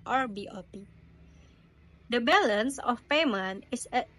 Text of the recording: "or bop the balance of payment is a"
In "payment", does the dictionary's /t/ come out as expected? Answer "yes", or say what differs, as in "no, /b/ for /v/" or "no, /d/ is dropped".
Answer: no, /t/ is dropped